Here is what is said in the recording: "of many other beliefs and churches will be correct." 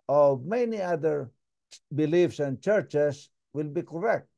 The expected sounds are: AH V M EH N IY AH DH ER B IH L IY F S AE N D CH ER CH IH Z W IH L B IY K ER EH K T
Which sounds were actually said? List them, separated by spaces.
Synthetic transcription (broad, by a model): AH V M EH N IY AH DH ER B IH L IY F S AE N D CH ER CH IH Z W IH L B IY K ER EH K T